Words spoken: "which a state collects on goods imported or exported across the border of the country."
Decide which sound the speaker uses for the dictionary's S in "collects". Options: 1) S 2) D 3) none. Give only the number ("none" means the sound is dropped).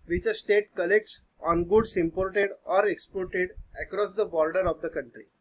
1